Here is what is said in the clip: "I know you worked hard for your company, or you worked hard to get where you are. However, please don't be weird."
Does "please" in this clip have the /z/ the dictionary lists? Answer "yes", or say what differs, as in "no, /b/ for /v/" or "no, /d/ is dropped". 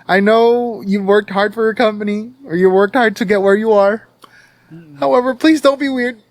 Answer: yes